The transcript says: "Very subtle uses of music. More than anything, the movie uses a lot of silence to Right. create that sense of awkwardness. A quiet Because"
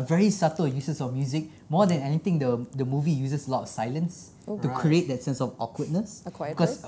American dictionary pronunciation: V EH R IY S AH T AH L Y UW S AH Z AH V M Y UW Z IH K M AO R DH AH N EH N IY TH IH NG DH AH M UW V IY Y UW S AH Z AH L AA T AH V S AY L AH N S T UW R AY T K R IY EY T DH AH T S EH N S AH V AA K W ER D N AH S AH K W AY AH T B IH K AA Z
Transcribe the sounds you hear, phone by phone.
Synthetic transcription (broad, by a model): V EH R IY S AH T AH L Y UW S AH S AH F M Y UW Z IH K M AO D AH N EH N IY T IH NG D AH M UW V IY Y UW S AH S AH L AA T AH F S AY L AH N S T UW K R IY EY T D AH T S EH N S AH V AA K W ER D N AH S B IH K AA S